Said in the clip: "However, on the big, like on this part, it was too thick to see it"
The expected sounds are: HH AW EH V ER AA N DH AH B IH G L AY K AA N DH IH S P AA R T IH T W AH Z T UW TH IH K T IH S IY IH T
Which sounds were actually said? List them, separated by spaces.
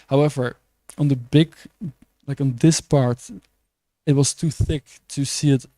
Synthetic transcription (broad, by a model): HH AW EH V ER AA N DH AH B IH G L AY K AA N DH IH S P AA R T IH T W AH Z T UW TH IH K T IH S IY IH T